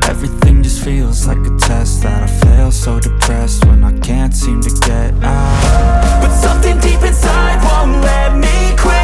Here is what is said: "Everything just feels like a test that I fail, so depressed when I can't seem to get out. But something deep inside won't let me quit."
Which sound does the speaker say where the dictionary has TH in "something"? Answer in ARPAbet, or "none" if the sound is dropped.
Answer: TH